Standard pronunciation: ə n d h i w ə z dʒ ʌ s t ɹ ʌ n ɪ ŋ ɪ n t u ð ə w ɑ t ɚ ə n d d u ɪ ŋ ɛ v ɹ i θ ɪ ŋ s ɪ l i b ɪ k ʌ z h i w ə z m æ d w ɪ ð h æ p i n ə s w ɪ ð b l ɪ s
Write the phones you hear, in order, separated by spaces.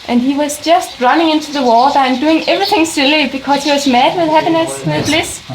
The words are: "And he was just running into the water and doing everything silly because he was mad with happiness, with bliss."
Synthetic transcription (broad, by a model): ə n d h i w ə z dʒ ʌ s t ɹ ʌ n ɪ ŋ ɪ n t u ð ə w ɑ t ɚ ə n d d u ɪ ŋ ɛ v ɹ i θ ɪ ŋ s ɪ l i b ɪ k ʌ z h i w ə z m æ d w ɪ ð h æ p i n ə s w ɪ ð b l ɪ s